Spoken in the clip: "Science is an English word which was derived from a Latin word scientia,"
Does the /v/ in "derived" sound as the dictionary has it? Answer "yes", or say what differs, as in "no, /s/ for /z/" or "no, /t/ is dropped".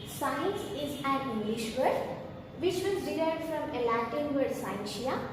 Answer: no, /v/ is dropped